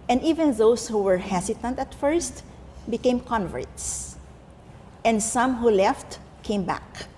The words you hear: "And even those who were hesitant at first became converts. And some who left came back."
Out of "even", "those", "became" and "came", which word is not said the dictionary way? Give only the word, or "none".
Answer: those